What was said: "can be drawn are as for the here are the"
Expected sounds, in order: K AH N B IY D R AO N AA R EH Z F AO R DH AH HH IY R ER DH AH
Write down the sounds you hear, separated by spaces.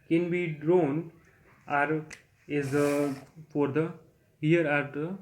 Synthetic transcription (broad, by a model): K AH N B IY D R AO N AA R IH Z F AO R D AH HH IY R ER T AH